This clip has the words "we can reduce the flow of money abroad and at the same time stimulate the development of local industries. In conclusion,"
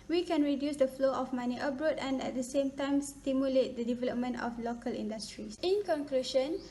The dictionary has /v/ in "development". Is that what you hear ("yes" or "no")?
yes